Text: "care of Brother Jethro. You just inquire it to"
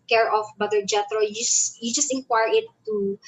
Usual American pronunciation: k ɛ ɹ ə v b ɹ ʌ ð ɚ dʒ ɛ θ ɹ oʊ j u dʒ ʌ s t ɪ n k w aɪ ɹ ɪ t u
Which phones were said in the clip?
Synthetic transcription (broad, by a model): k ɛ ɹ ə f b ʌ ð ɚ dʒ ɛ t ɹ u j u dʒ ʌ s t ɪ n k w aɪ ɹ ɪ t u